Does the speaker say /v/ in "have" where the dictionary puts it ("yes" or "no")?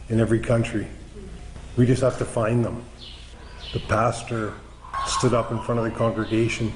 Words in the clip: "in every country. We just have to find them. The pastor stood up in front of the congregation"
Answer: no